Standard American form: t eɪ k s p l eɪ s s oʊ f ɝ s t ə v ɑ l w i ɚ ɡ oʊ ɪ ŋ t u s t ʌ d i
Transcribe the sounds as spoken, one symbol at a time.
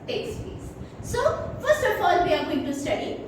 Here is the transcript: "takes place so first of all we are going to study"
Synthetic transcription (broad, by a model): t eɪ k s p eɪ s s oʊ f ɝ s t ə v ɑ l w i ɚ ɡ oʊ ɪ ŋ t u s t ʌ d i